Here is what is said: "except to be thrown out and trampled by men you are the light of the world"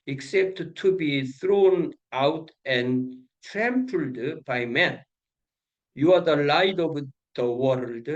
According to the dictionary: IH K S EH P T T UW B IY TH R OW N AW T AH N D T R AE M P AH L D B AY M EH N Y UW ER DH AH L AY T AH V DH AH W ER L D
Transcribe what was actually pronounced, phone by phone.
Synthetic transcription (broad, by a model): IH K S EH P T T UW B IY TH R OW N AW T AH N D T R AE M P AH L D B AY M EH N Y UW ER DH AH L AY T AH V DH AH W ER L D